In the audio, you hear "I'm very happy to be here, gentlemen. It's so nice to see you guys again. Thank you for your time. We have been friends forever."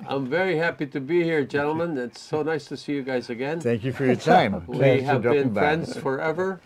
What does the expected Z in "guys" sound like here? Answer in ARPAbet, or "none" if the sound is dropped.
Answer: Z